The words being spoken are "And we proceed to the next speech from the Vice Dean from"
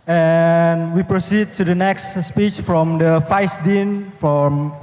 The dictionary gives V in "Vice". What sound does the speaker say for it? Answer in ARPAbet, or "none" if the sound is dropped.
F